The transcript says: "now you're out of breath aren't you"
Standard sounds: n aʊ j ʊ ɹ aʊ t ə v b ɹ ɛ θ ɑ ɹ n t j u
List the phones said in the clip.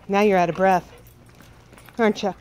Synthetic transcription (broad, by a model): n aʊ j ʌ ɹ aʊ t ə b ɹ ɛ θ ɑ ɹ n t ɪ